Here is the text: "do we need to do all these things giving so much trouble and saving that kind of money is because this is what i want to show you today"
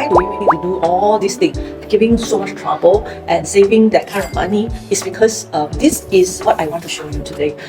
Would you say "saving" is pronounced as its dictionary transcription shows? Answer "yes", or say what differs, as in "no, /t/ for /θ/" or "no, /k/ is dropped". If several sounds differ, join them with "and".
yes